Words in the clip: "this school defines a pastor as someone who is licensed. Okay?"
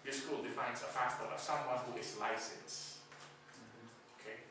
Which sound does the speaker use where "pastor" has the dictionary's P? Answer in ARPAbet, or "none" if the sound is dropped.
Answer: F